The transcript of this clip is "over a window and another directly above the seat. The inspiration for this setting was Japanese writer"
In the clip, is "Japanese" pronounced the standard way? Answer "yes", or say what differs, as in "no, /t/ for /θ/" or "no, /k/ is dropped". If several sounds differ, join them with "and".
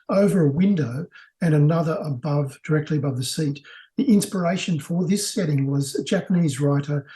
yes